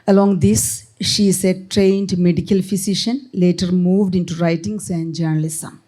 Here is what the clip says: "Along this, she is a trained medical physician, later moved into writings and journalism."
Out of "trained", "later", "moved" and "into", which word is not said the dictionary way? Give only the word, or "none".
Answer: none